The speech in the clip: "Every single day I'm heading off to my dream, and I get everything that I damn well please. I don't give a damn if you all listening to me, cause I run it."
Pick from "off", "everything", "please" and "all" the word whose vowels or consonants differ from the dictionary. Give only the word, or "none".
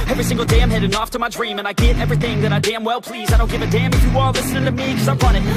none